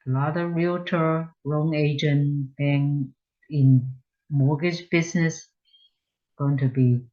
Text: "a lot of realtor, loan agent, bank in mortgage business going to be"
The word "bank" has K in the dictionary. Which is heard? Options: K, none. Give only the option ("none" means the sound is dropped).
none